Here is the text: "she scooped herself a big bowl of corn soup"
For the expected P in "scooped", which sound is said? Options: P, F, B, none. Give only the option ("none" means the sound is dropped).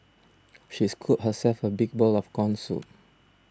none